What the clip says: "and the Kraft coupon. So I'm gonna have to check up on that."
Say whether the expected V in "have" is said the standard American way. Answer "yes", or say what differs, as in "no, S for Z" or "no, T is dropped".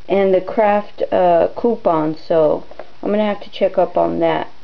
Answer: no, F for V